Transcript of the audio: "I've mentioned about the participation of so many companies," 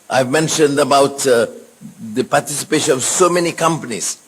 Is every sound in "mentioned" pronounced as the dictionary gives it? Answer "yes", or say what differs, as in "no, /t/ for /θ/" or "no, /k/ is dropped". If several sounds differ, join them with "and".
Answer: yes